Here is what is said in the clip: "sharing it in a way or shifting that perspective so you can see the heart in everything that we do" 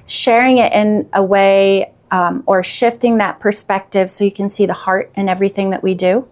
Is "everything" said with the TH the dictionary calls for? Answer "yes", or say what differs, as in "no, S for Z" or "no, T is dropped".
yes